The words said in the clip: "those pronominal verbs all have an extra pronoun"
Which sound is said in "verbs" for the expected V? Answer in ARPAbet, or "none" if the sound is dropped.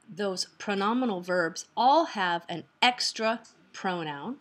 V